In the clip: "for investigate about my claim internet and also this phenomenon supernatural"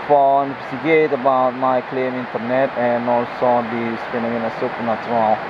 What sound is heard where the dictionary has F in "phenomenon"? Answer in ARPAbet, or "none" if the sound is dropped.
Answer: P